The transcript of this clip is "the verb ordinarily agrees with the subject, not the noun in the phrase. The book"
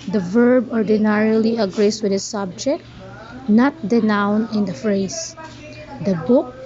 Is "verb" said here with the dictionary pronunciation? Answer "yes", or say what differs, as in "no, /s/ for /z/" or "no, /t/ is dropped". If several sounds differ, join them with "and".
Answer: yes